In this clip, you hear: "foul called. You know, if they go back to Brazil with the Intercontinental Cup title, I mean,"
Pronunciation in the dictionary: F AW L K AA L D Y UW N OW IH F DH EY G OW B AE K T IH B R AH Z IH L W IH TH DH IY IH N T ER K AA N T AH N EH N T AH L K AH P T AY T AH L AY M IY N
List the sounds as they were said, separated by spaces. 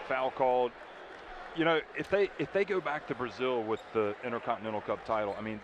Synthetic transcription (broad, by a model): F AW L K AA L D Y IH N OW IH F DH EY G OW B AE K T IH B R AH Z IH L W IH DH IY IH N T ER K AA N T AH N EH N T L K AH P T AY T L AY M IY N